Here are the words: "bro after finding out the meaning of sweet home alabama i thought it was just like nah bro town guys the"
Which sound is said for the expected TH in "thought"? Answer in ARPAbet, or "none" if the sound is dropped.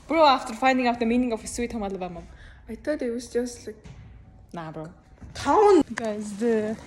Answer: T